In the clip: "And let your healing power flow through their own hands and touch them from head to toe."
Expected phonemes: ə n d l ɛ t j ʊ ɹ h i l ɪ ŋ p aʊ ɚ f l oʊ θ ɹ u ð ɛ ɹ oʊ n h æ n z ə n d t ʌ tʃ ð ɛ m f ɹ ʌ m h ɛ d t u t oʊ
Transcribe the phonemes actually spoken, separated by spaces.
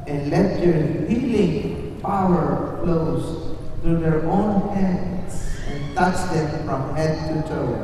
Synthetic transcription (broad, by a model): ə n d l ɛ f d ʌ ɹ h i l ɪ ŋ f aʊ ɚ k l oʊ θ ɹ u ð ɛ ɹ oʊ n h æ n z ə n t ʌ tʃ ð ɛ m f ɹ ʌ m h ɛ d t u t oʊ